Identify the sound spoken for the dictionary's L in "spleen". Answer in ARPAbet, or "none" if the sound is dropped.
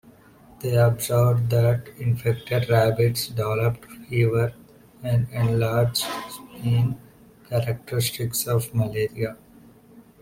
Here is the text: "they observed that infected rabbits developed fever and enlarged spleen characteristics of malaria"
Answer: none